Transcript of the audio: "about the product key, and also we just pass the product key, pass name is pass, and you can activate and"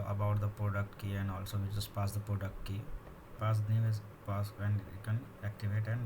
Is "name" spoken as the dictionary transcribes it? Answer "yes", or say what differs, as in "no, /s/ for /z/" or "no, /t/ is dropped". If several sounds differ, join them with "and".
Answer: no, /m/ is dropped